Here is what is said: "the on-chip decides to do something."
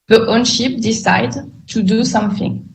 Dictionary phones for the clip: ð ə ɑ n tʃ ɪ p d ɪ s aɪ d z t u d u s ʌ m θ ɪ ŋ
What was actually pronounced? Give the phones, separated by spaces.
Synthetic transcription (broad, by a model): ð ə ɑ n ʃ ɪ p d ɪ s aɪ d t u d u s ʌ m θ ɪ ŋ